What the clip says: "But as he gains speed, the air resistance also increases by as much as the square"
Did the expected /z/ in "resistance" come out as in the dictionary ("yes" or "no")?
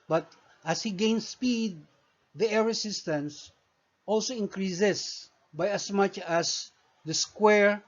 no